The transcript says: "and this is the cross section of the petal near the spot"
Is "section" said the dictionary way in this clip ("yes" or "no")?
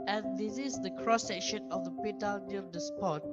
yes